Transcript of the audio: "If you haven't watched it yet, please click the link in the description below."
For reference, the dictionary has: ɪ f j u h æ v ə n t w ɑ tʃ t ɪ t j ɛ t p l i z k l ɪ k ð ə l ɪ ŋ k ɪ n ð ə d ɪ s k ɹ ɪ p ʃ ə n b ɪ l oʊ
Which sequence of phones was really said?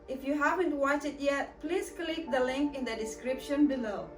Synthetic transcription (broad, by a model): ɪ f j u h æ v ə n t w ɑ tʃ ɪ t j ɛ t p l i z k l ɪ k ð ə l ɪ ŋ k ɪ n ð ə d ɪ s k ɹ ɪ p ʃ ə n b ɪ l oʊ